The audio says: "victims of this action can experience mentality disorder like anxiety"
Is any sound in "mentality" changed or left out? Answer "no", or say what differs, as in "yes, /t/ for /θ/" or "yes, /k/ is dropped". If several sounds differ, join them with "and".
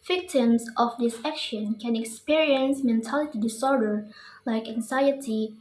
no